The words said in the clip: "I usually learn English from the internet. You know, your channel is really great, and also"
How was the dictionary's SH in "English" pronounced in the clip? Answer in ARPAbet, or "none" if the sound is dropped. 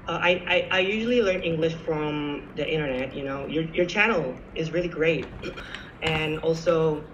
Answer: SH